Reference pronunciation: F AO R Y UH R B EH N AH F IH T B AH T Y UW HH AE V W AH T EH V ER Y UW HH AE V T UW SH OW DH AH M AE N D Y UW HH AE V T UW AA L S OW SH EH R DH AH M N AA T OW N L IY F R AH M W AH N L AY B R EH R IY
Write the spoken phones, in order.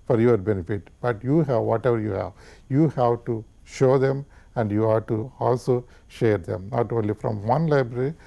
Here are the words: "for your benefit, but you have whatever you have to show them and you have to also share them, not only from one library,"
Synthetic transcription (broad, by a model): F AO R Y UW R B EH N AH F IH T B AH T Y UW HH AE V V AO T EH V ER Y UW HH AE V T UW SH OW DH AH M AE N D Y UW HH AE T UW AA L S OW SH EH R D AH M N AA T OW N L IY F R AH M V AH N L AY B R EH R IY